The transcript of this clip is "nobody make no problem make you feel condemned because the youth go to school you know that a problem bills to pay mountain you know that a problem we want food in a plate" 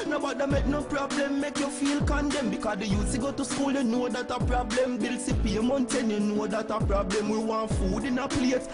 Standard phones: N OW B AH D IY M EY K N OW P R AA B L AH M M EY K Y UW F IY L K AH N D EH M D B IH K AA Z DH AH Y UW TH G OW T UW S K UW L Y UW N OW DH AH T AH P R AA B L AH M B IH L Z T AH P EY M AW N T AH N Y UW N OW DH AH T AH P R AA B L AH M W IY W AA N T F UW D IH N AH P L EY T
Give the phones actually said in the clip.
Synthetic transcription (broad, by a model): N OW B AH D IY M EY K N OW P R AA B L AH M M EY K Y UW F IY L K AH N D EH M B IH K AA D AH Y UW S G OW T UW S K UW L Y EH N OW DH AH T AH P R AA B L AH M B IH L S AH P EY M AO N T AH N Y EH N OW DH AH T AH P R AA B L AH M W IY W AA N F UW D IH N AH P L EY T